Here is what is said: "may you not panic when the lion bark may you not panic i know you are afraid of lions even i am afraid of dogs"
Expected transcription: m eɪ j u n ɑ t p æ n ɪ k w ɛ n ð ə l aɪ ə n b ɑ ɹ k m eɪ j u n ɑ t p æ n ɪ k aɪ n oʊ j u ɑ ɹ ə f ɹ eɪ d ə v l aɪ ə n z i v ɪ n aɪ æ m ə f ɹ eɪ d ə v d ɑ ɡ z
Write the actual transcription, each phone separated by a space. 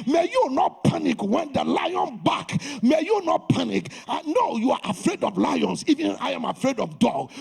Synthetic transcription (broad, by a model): m eɪ j u n ɑ t p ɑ n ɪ k w ɛ n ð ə l aɪ ə n b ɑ k m eɪ j u n ɑ t p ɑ n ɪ k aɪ n oʊ j u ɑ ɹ ə f ɹ eɪ d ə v l aɪ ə n s i v ɪ n aɪ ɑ m ə f ɹ eɪ d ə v d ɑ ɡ